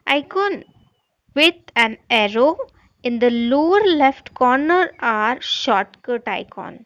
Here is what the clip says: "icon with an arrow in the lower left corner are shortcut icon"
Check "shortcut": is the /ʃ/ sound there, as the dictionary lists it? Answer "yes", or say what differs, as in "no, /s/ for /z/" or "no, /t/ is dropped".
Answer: yes